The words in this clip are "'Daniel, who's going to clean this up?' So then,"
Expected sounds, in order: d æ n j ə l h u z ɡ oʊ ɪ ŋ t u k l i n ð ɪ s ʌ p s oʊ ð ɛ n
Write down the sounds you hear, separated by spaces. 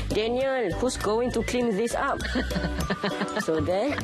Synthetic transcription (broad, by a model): d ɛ n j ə l h u s ɡ oʊ ɪ ŋ t u k l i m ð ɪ s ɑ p s oʊ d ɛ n